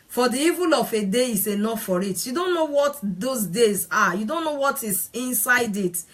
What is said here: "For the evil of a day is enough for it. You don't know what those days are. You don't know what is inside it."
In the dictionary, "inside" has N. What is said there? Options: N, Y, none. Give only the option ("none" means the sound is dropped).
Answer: N